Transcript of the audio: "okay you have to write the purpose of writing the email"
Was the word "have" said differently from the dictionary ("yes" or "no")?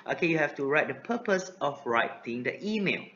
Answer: yes